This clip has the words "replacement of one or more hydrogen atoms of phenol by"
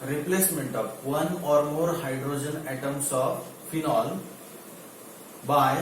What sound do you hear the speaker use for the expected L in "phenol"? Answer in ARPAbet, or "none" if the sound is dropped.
L